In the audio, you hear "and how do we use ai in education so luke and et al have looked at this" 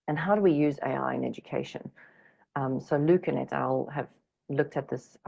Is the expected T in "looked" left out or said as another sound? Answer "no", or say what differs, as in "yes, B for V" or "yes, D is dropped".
no